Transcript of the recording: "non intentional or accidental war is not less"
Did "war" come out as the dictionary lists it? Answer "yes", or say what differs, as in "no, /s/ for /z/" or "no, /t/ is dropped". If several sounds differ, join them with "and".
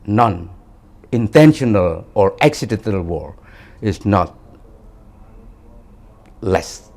yes